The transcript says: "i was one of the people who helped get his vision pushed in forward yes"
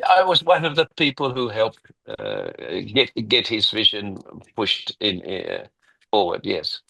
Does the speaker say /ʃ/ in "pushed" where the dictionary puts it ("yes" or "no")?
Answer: yes